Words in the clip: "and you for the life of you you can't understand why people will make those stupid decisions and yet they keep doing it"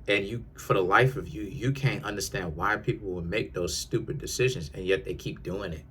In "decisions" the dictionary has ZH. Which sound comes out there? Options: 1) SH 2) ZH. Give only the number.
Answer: 2